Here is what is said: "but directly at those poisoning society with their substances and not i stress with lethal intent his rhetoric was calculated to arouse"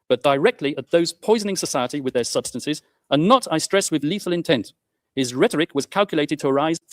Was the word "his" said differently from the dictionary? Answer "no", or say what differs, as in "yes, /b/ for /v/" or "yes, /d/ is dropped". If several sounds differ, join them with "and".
no